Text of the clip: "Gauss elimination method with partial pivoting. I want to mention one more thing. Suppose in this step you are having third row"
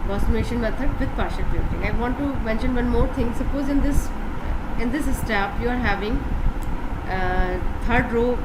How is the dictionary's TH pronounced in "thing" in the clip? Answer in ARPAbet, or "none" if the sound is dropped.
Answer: T